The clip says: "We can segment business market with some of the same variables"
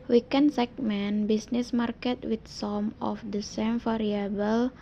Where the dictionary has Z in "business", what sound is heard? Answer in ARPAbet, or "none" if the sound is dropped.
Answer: S